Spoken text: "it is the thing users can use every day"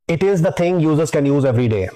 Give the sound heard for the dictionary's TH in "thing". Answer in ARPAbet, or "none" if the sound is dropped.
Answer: T